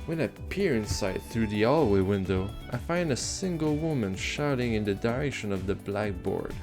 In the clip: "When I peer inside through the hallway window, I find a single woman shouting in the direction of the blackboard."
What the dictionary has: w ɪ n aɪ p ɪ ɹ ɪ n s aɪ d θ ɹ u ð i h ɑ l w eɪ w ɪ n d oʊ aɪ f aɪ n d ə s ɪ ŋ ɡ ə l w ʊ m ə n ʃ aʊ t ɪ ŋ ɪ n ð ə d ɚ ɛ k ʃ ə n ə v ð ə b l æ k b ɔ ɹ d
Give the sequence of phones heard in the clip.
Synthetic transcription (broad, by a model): w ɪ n aɪ p ɪ ɹ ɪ n s aɪ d θ ɹ u ð i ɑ l w eɪ w ɪ n d oʊ aɪ f aɪ n d ə s ɪ ŋ ɡ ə l w ʊ m ə n ʃ aʊ t ɪ ŋ ɪ n ð ə d ɚ ɛ k ʃ ə n ə v ð ə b l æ k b ɔ ɹ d